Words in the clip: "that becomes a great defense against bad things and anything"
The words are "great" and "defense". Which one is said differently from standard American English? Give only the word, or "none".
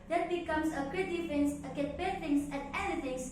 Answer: great